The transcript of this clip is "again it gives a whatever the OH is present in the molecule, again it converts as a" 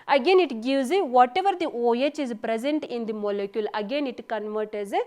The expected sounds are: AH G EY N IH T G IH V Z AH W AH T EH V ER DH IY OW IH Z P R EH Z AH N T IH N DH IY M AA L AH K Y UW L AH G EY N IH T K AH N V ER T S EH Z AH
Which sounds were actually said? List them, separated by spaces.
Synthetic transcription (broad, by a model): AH G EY N IH T G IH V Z AH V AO T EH V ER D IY OW IH Z P R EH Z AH N T IH N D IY M AA L AH K Y UW L AH G EY N IH T K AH N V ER T EH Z